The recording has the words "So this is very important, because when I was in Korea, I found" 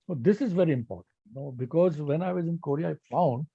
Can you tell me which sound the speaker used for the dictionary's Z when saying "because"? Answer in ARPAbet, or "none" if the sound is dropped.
Z